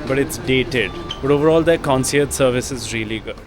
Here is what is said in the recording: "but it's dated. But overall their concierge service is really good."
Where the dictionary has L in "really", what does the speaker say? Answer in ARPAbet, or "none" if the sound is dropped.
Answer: none